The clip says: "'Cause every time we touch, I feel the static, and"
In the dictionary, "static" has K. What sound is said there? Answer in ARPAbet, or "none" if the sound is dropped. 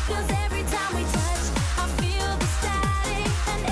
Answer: none